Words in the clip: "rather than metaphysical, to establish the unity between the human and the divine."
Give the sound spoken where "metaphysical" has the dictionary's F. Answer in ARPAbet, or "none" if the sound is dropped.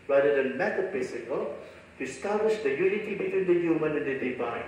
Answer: P